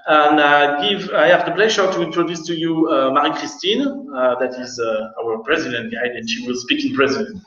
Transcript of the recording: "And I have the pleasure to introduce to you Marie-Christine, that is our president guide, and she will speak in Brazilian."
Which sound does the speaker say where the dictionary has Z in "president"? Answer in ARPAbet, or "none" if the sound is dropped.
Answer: Z